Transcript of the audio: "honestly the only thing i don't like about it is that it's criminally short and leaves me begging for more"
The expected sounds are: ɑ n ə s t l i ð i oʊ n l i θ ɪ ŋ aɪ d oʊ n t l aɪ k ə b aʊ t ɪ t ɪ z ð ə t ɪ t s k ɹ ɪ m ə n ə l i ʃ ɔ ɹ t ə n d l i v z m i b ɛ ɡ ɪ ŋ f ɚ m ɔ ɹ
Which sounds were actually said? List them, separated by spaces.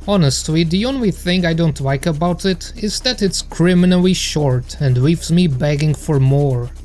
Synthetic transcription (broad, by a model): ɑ n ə s t l i ð i oʊ n l i θ ɪ ŋ aɪ d oʊ n t l aɪ k ə b aʊ t ɪ t ɪ z ð ə t ɪ t s k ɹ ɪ m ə n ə l i ʃ ɔ ɹ t ə n d w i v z m i b ɛ ɡ ɪ ŋ f ɚ m ɔ ɹ